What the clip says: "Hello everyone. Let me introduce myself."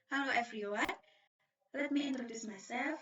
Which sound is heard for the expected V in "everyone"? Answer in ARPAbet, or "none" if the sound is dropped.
F